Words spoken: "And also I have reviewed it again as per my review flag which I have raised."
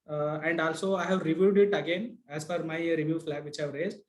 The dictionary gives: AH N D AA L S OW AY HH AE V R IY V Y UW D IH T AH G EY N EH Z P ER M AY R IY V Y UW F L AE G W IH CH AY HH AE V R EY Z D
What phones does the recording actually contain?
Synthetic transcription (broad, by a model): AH N D AA L S OW AY HH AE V R IY V Y UW D IH T AH G EY N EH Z F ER M AY R IY V Y UW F L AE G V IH CH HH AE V R EY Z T